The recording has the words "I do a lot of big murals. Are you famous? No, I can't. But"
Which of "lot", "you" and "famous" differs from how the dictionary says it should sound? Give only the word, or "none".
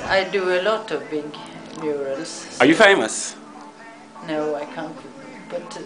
none